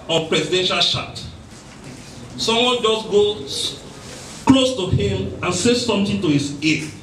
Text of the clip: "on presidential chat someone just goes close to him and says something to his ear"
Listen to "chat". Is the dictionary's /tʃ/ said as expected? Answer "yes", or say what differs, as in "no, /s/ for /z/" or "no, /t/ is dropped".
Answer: no, /ʃ/ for /tʃ/